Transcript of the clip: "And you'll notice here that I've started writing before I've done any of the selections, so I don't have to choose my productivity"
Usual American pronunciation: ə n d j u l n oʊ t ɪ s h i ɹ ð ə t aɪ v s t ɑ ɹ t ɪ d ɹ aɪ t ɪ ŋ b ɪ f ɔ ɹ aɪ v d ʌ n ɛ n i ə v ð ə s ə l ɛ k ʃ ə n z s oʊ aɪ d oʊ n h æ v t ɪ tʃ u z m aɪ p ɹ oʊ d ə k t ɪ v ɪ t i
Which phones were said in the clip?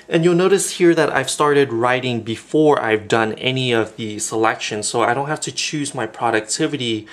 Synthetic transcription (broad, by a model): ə n j u l n oʊ t ɪ s h i ɹ ð ə t aɪ v s t ɑ ɹ t ɪ d ɹ aɪ t ɪ ŋ b ɪ f ɔ ɹ aɪ v d ʌ n ɛ n i ə v ð ə s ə l ɛ k ʃ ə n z s oʊ aɪ d oʊ n h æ f t ɪ tʃ u z m aɪ p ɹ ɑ d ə k t ɪ v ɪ t i